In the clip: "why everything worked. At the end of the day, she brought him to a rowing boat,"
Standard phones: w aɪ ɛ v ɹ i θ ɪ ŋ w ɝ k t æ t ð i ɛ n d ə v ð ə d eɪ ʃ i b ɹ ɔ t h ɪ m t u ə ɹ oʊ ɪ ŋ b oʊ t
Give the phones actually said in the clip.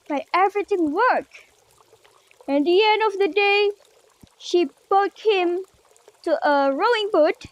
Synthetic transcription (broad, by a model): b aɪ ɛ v ɹ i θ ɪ ŋ w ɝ k æ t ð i ɛ n d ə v ð ə d eɪ ʃ i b ɔ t h ɪ m t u ə ɹ oʊ ɪ ŋ b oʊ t